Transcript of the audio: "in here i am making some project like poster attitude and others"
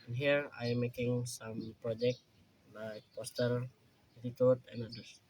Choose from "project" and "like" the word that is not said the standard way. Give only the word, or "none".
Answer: none